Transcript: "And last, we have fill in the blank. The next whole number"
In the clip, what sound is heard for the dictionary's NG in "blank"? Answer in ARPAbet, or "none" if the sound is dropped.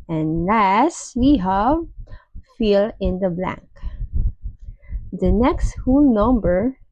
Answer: NG